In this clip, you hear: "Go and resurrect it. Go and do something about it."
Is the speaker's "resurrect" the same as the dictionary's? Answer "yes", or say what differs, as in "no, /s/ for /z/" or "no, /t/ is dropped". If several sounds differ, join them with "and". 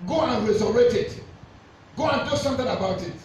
no, /k/ is dropped